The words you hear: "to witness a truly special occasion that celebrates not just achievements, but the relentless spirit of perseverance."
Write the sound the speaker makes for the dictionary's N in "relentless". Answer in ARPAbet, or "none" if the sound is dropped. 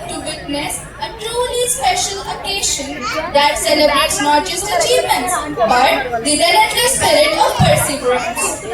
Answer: none